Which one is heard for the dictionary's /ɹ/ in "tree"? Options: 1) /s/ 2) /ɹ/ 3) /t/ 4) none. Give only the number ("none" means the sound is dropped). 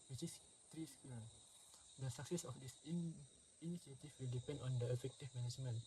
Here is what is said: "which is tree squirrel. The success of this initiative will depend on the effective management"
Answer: 2